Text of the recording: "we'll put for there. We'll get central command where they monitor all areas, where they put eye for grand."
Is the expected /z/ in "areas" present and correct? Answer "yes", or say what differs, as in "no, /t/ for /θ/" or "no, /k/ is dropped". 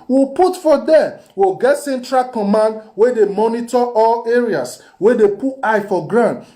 no, /s/ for /z/